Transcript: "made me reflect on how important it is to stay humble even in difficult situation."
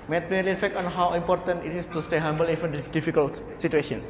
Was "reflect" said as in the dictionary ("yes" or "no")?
no